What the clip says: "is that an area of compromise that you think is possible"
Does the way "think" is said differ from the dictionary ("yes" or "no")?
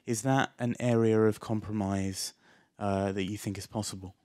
no